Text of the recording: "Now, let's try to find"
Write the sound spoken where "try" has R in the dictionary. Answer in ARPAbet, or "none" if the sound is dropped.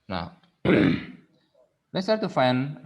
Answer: none